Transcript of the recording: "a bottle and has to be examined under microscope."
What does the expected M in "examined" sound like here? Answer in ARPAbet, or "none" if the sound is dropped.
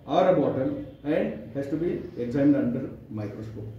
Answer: none